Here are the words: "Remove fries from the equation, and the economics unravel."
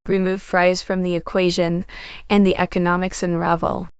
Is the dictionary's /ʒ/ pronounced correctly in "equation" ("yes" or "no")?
yes